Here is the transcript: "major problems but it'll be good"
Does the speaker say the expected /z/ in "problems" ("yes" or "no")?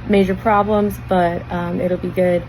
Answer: yes